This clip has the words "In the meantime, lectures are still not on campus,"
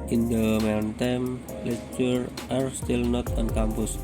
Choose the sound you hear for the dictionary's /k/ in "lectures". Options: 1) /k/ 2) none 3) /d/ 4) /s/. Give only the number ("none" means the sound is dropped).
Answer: 2